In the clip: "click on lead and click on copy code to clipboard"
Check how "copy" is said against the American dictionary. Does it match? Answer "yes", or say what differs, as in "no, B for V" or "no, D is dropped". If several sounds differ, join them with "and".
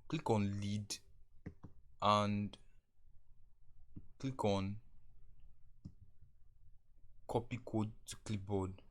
yes